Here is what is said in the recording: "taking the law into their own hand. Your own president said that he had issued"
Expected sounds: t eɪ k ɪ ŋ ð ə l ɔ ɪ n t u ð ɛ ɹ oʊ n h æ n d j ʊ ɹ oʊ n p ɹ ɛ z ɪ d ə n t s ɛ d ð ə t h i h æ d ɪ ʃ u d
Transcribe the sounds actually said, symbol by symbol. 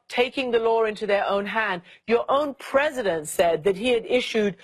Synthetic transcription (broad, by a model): t eɪ k ɪ ŋ ð ə l ɔ ɪ n t u ð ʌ ɹ oʊ n h æ n d j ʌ ɹ oʊ n p ɹ ɛ z ɪ d ə n t s ɛ d ð ə t h i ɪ d ɪ ʃ u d